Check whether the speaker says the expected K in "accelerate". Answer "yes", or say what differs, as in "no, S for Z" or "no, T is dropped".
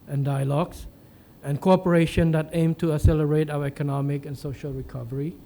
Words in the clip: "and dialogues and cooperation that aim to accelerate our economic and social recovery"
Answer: no, K is dropped